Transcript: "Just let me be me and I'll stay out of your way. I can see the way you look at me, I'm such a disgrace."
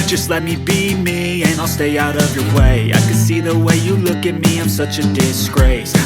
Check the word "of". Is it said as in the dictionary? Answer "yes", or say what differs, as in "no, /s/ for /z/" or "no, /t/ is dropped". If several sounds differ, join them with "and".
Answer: yes